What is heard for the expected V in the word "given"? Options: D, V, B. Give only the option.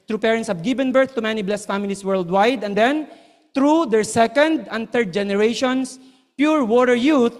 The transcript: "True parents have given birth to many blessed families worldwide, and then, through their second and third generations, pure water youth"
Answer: B